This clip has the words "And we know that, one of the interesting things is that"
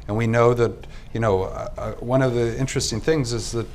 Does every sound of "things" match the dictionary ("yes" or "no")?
yes